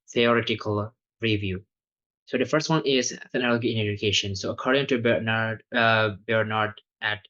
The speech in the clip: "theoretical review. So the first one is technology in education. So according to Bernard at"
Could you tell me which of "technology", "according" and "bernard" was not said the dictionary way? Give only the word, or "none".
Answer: technology